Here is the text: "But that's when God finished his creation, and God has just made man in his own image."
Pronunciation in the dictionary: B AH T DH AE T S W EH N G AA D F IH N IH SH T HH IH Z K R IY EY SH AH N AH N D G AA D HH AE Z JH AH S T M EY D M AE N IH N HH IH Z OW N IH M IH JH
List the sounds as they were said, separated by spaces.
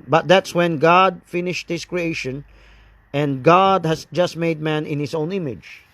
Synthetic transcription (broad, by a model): B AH T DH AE T S W EH N G AA D F IH N IH SH T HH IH S K R IY EY SH AH N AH N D G AA D HH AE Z JH AH S T M EY D M AE N IH N HH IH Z OW N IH M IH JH